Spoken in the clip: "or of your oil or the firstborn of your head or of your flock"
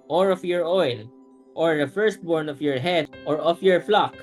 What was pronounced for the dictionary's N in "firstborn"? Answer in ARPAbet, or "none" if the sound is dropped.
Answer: N